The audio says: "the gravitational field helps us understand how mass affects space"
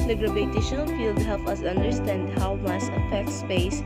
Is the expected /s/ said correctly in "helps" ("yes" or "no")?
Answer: no